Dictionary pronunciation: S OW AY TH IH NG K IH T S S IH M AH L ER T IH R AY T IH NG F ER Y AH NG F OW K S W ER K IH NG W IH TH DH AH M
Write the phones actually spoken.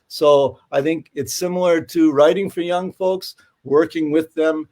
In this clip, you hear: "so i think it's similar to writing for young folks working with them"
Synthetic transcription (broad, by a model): S OW AY TH IH NG K IH T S S IH M L ER T IH R AY T IH NG F ER Y AH NG F OW K S W ER K IH NG W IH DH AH M